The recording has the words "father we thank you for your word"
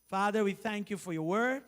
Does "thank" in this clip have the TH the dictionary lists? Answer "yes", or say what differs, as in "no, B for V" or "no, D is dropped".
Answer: yes